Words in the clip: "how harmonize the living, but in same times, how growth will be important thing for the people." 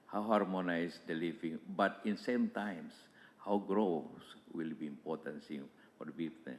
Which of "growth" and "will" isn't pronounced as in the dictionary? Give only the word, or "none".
growth